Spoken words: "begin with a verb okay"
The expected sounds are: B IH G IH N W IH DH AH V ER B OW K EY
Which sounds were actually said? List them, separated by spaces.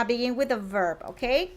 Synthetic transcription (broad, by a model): B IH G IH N W IH DH AH V ER B OW K EY